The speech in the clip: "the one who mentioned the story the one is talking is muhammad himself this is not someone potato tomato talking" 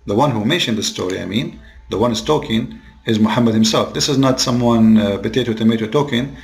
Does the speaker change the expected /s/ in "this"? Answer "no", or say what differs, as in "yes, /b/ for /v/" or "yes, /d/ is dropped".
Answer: no